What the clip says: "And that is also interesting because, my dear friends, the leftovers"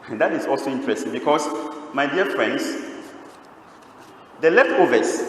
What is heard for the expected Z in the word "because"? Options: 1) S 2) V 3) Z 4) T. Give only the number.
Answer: 1